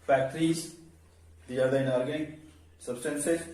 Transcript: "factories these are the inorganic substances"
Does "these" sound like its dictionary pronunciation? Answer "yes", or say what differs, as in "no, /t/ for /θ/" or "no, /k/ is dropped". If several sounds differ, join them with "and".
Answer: no, /z/ is dropped